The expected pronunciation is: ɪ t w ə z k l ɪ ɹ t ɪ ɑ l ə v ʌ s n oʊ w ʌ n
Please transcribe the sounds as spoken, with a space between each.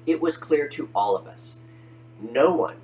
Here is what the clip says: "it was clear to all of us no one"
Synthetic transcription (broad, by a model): ɪ t w ə z k l ɪ ɹ t ɪ ɑ l ə v ʌ s n oʊ w ʌ n